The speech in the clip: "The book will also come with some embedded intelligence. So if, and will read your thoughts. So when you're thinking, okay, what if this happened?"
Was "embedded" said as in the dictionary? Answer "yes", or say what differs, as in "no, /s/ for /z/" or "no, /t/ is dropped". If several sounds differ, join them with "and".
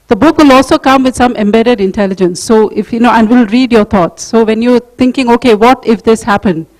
yes